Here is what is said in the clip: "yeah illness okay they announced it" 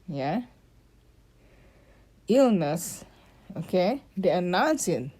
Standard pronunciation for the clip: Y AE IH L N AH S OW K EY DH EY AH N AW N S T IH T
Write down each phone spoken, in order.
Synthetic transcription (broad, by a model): Y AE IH L N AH S OW K EY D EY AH N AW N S IH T